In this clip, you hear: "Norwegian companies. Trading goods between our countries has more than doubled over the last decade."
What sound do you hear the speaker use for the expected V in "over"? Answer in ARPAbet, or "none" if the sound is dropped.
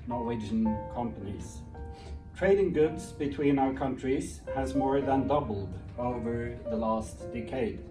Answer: V